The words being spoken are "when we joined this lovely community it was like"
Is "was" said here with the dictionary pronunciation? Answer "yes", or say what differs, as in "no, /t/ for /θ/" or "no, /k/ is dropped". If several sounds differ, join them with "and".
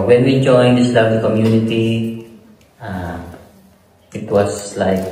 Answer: no, /s/ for /z/